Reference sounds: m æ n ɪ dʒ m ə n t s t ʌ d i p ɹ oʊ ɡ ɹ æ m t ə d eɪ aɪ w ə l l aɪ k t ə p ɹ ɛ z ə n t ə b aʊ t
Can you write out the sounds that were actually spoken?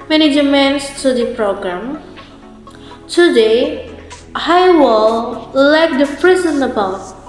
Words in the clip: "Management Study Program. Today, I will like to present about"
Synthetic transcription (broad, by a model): m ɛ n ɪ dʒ m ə n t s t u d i p ɹ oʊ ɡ ɹ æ m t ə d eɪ aɪ w ə l l aɪ k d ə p ɹ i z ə n ə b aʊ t